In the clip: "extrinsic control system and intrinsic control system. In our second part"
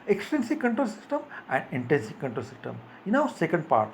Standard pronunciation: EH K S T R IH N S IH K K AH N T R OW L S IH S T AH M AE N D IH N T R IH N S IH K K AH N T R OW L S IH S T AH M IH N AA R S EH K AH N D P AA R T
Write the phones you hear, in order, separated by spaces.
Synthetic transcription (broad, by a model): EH K S T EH N S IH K K AH N T R OW L S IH S T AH M AE N D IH N T EH N S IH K K AH N T R OW L S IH S T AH M IH N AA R S EH K AH N D P AA R T